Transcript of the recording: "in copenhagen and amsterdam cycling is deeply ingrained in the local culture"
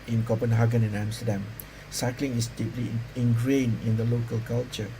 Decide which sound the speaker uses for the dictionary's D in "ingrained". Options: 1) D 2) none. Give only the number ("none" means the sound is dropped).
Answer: 2